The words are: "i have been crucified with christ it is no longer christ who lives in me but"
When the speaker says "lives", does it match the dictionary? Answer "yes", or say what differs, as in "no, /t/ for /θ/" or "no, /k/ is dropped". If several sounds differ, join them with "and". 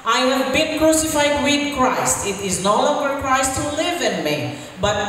no, /z/ is dropped